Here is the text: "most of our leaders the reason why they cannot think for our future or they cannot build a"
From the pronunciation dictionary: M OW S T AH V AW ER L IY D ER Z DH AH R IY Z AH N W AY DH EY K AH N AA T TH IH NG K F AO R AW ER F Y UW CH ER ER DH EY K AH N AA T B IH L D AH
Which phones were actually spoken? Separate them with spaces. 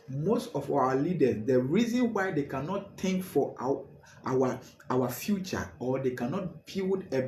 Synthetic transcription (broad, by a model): M OW S T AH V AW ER L IY D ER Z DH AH R IY Z AH N W AY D EY K AH N AA T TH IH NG K F AO W AW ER F Y UW CH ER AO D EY K AH N AA T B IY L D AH